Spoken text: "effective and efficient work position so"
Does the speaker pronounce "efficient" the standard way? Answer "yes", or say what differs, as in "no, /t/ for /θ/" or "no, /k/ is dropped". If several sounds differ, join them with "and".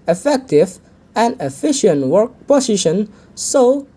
yes